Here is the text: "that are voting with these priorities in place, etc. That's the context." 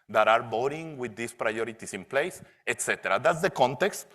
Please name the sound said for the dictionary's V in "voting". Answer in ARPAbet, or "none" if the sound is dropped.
B